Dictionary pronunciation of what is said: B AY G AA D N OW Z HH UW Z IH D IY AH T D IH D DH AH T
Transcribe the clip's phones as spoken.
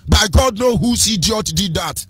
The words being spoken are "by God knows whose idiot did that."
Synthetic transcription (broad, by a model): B AY G AA D N OW HH UW S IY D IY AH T D IH D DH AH T